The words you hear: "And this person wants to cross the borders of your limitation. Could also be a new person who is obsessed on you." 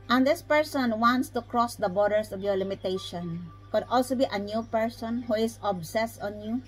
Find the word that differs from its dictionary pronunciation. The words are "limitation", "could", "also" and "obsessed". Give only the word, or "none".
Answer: none